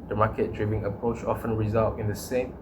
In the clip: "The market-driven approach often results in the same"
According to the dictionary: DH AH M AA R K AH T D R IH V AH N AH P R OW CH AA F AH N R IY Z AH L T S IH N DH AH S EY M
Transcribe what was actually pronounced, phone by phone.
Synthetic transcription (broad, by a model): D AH M AA K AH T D R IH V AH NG AH P R OW CH AA F AH N R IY Z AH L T IH N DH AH S EY M